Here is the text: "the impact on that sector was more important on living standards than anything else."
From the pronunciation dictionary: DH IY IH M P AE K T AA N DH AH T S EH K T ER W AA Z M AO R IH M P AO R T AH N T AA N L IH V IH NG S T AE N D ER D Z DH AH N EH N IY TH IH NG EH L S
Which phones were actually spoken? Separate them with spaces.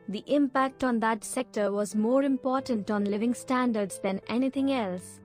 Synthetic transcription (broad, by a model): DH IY IH M P AE K T AA N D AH T S EH K T ER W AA Z M AO R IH M P AO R T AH N T AA N L IH V IH NG S T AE N D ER D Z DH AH N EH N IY T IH NG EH L S